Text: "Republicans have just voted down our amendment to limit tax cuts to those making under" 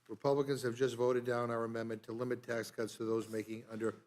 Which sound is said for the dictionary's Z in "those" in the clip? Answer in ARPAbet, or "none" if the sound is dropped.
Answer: Z